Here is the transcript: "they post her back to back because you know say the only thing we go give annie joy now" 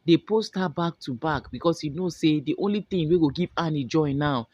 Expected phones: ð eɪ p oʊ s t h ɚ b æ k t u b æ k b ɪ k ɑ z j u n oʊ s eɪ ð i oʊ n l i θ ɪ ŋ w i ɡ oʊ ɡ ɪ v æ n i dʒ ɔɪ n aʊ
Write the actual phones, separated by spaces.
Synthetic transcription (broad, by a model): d eɪ p oʊ s t h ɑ b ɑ k t u b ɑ k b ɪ k ɑ s j u n oʊ s eɪ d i oʊ n l i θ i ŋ w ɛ ɡ oʊ ɡ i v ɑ n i dʒ ɔɪ n aʊ